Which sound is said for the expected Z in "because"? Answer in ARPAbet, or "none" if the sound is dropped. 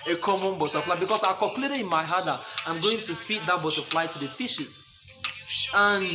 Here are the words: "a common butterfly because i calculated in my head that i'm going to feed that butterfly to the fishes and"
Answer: S